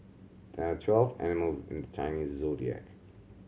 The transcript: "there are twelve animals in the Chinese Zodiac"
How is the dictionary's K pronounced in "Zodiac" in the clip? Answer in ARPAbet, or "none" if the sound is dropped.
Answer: K